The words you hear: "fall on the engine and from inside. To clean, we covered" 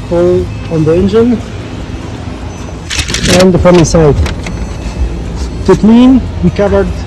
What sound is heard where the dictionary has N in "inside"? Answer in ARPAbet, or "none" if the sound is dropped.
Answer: none